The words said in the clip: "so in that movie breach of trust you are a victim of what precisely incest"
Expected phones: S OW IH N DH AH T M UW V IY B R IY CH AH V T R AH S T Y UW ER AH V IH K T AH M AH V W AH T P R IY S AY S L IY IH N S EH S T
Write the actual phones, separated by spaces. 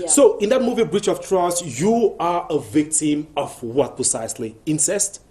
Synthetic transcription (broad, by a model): S OW IH N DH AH T M UW V IY B R IY CH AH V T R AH S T Y UW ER AH V IH K T AH M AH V W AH T P R IY S AY S L IY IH N S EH S T